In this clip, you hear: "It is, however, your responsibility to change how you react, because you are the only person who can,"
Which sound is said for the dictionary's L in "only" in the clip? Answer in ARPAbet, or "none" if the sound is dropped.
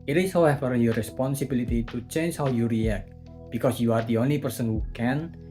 none